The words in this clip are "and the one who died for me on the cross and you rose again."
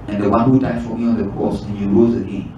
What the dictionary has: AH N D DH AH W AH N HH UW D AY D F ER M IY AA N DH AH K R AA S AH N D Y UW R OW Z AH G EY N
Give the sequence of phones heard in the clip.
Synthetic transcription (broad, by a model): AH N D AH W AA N HH UW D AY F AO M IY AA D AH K AA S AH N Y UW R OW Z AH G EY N